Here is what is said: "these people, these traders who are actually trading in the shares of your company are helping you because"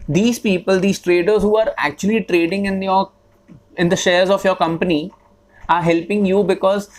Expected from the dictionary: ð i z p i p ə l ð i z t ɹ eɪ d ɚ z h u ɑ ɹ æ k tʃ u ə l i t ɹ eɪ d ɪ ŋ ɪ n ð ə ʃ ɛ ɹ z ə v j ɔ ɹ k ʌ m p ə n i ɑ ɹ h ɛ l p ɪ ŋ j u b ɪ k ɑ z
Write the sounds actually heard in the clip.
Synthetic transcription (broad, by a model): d i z p i p ə l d i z t ɹ eɪ d ɚ z h u ɑ ɹ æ k tʃ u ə l i t ɹ eɪ d ɪ ŋ ɪ n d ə ʃ ɛ ɹ z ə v j ɔ ɹ k ʌ m p ə n i ɑ ɹ h ɛ l p ɪ ŋ j u b ɪ k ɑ z